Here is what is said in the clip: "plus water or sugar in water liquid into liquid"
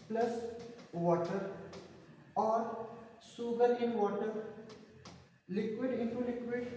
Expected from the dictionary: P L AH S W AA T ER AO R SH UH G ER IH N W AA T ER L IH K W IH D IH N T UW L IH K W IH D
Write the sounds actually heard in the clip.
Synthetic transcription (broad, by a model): P L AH S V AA T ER AO R S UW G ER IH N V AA T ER L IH K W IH D IH N T UW L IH K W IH D